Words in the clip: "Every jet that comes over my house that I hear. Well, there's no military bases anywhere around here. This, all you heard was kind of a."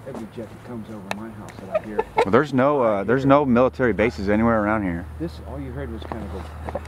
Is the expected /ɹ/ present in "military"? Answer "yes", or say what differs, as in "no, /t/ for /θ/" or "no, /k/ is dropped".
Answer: yes